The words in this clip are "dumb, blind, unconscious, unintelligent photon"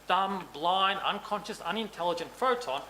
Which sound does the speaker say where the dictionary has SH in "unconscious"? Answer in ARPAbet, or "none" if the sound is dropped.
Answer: SH